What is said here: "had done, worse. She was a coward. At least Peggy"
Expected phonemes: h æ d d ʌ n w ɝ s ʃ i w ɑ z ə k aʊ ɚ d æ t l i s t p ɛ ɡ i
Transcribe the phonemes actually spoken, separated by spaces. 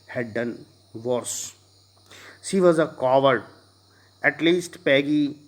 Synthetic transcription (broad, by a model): h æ d d ʌ n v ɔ s ʃ i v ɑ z ə k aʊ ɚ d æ t l i s t p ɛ ɡ i